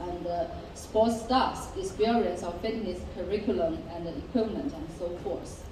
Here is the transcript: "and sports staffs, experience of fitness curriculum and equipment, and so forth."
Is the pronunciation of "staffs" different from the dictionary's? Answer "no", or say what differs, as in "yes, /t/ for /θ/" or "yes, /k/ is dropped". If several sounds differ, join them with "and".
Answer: yes, /f/ is dropped